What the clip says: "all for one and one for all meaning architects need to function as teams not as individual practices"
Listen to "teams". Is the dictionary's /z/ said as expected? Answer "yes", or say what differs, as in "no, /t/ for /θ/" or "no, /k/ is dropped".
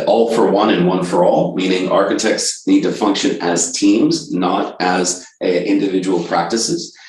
yes